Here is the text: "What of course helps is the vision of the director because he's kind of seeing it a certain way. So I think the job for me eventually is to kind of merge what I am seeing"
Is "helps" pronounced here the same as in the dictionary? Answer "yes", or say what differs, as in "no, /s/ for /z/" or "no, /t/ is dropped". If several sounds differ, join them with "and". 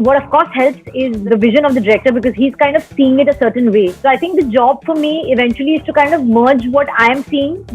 yes